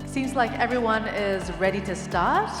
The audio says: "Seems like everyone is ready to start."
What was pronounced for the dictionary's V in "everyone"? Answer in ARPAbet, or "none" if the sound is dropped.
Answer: V